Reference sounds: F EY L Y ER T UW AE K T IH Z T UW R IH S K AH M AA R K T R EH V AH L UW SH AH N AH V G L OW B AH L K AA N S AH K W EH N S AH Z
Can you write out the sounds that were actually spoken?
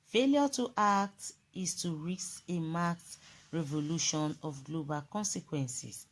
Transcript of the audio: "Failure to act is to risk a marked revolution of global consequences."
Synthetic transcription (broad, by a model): F EY L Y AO T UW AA K T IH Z T UW R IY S AH M AA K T R EH V AH L UW SH AH N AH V G L OW B AH L K AA N S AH K W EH N S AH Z